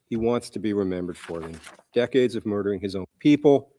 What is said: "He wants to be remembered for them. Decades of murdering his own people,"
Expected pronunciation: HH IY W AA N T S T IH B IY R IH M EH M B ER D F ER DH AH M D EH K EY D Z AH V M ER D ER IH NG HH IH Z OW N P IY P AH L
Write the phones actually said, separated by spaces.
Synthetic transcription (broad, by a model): HH IY W AA N T S T IH B IY R IH M EH M B ER D F ER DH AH D EH K EY D Z AH V M ER D ER IH NG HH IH Z OW N P IY P L